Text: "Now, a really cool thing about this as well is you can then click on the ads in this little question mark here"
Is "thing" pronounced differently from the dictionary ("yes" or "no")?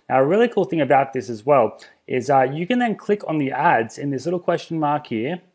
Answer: no